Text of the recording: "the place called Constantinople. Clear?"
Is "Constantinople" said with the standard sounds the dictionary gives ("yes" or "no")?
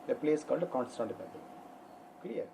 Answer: no